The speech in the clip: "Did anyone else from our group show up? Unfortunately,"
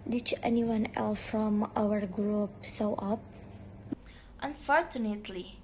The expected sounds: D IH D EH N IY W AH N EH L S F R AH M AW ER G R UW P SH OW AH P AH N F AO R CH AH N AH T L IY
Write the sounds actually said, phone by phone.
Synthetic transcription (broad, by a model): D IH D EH N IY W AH N EH L S F R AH M AW ER G R UW P S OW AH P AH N F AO R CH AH N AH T L IY